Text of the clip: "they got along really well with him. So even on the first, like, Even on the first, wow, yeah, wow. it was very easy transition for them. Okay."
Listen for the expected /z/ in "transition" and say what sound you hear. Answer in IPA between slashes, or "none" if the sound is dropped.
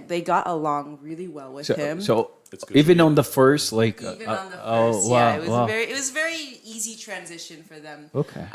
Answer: /z/